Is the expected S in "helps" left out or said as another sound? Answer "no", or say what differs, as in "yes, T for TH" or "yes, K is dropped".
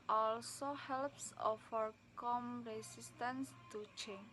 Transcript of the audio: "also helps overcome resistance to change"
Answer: no